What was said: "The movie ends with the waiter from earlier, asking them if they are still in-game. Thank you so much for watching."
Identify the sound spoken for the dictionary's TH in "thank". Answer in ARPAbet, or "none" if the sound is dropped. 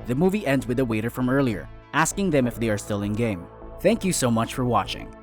TH